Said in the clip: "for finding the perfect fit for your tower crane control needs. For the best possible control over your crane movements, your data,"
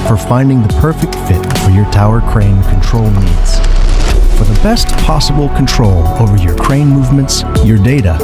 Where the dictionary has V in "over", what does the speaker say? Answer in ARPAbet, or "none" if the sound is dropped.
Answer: V